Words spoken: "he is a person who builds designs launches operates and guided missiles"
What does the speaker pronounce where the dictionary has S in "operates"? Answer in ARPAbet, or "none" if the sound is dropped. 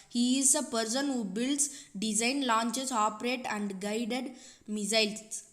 none